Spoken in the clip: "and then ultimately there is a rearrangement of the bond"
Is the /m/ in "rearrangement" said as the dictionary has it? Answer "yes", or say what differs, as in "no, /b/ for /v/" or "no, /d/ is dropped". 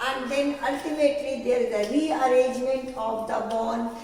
yes